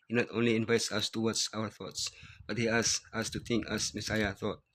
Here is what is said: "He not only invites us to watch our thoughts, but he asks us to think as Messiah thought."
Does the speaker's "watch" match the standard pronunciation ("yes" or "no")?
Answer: no